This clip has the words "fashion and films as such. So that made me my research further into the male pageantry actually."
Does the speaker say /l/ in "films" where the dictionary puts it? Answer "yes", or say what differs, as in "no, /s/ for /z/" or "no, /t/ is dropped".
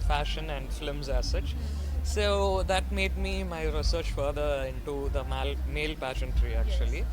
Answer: no, /l/ is dropped